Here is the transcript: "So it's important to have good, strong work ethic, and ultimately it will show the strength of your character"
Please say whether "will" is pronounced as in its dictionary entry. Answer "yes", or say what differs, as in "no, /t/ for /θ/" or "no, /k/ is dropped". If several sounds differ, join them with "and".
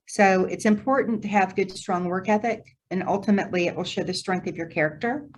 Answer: yes